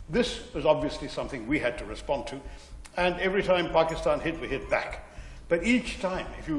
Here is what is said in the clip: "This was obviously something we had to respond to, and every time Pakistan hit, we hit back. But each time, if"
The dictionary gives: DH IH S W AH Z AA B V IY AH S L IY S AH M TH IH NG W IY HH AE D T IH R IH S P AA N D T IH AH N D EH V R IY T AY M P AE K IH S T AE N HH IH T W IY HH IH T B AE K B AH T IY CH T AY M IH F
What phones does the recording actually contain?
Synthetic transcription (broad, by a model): DH IH S W AH Z AA B V IY AH S L IY S AH M TH IH NG W IY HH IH D T IH R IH S P AA N T IH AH N EH V R IY T AY M P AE K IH S T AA N HH IH T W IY HH IH T B AE K B AH T IY CH T AY M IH F